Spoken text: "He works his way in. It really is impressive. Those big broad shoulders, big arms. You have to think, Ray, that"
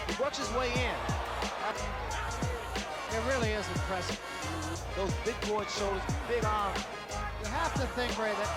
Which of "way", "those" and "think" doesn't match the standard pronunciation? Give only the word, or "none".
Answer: none